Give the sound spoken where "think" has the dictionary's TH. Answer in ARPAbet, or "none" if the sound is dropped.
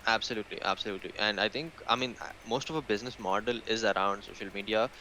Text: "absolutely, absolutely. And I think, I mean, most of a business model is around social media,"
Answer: T